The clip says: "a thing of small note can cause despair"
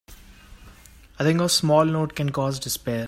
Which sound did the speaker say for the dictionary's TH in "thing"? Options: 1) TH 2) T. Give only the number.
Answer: 2